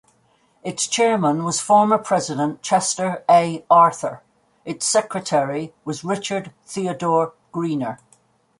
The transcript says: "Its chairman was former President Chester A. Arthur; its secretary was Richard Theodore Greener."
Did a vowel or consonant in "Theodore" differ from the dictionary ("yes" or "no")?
no